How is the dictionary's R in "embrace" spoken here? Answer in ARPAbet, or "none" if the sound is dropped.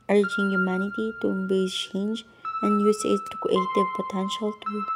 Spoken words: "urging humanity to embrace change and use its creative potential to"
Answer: none